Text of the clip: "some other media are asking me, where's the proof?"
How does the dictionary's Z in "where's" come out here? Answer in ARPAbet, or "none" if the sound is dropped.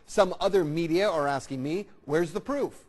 Z